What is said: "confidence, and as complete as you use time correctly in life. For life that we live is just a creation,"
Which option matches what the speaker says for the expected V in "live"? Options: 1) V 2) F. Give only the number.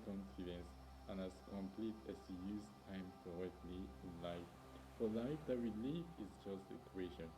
2